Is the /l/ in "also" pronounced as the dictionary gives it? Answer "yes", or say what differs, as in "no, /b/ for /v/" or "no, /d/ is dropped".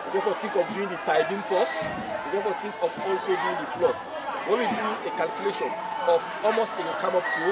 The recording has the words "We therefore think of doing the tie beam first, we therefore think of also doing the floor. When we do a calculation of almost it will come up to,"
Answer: yes